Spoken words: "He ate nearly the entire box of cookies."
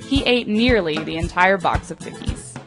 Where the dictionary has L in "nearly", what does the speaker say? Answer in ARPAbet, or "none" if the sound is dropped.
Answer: L